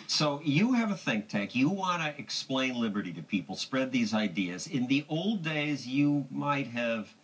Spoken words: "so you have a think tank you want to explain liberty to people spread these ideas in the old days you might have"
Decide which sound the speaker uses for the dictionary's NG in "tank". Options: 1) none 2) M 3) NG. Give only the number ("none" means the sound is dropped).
1